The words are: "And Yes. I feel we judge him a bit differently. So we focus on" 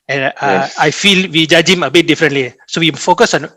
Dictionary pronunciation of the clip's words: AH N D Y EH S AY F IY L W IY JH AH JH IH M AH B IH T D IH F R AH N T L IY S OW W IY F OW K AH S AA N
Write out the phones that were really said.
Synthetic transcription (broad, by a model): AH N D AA AY F IY L W IY JH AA JH IH M AH B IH T D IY F R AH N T L IY S OW W IY F OW K AH S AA N